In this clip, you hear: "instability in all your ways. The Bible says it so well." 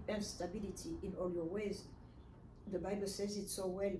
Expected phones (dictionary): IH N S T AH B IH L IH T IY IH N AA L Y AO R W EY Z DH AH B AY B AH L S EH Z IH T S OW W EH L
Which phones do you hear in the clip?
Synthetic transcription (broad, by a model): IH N S T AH B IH L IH T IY IH N AA L Y AO R W EY Z DH AH B AY B AH L S EH Z IH T S OW W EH L